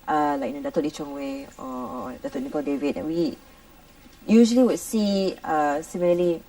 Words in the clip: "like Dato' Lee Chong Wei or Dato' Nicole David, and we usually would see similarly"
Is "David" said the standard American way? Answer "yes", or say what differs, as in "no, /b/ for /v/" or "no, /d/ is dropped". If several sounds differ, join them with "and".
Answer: yes